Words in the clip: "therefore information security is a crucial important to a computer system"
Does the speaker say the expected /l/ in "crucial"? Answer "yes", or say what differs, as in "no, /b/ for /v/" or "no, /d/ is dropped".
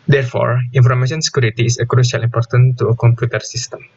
yes